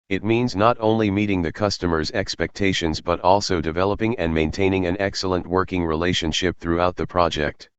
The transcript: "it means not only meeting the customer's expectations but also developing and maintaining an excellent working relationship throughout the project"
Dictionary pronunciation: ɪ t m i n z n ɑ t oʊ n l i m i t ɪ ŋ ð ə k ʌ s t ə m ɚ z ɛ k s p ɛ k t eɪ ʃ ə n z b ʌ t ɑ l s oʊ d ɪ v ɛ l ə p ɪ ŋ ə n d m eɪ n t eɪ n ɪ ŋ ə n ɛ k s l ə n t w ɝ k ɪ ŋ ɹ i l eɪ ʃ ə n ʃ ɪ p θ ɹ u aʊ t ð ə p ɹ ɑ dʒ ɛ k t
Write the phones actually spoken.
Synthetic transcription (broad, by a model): ɪ t m i n z n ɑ t oʊ n l i m i t ɪ ŋ ð ə k ʌ s t ə m ɚ z ɛ k s p ɛ k t eɪ ʃ ə n z b ʌ t ɑ l s oʊ d ɪ v ɛ l ə p ɪ ŋ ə n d m eɪ n t eɪ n ɪ ŋ ə n ɛ k s l ə n t w ɝ k ɪ ŋ ɹ i l eɪ ʃ ə n ʃ ɪ p θ ɹ u aʊ t ð ə p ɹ ɑ dʒ ɛ k t